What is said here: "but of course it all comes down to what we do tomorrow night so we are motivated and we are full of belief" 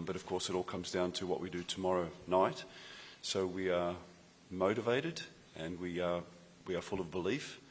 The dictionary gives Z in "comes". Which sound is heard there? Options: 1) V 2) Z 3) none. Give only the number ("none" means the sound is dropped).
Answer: 2